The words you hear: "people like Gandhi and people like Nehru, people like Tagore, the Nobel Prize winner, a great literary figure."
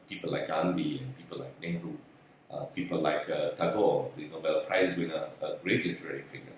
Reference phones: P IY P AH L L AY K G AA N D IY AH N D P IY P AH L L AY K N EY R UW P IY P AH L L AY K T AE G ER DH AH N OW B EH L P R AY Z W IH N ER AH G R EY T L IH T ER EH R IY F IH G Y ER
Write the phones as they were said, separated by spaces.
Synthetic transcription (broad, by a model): P IY P AH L L AY K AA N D IY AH N P IY P AH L L AY K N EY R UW P IY P AH L L AY K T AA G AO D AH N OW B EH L P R AY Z W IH N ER AH G R EY T L IH T ER EH R IY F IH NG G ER